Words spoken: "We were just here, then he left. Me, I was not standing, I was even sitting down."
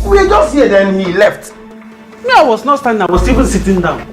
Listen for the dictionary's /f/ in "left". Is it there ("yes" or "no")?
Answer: yes